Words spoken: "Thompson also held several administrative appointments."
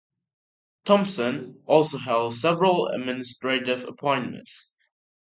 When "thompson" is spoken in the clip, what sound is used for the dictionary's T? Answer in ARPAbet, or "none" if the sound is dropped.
T